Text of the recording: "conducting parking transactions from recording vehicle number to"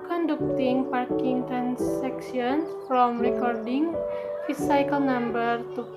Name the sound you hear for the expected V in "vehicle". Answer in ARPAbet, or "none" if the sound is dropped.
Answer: F